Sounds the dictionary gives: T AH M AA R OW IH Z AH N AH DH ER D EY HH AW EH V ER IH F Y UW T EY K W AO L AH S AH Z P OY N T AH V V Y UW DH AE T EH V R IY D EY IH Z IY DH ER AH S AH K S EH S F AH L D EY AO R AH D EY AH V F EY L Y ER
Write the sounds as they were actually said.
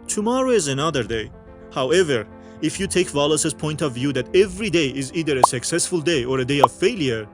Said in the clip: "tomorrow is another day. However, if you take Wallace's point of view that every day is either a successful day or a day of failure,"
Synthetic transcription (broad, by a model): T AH M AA R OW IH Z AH N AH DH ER D EY HH AW EH V ER IH F Y UW T EY K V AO L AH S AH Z P OY N T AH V V Y UW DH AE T EH V R IY D EY IH Z IY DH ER AH S AH K S EH S F AH L D EY AO R AH D EY AH V F EY L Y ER